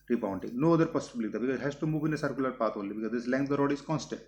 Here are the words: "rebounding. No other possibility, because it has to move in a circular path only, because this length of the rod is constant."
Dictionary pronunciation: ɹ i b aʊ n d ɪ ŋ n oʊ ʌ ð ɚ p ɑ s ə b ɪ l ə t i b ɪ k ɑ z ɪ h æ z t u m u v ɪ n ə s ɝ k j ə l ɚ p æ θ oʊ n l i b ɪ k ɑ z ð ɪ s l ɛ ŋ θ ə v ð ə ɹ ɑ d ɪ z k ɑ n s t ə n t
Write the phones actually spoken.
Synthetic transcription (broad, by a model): ɹ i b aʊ n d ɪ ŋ n oʊ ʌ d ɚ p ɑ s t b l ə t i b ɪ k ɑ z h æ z t u m u v ɪ n ə s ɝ k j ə l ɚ p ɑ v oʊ l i b ɪ k ɑ z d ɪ s l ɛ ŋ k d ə ɹ ɑ d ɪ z k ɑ n s t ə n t